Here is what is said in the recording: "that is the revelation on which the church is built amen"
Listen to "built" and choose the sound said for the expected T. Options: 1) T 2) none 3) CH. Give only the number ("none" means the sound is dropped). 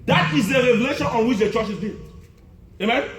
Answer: 2